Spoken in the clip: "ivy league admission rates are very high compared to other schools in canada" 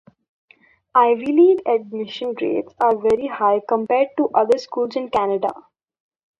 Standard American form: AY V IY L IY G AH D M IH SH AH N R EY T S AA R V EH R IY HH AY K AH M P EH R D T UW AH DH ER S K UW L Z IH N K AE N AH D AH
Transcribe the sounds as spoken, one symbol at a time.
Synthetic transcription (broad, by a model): AY V IY L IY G AH D M IH SH AH N R EY T S AA R V EH R IY HH AY K AH M P EH R D T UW AH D ER S K UW L Z IH N K AE N AH D AH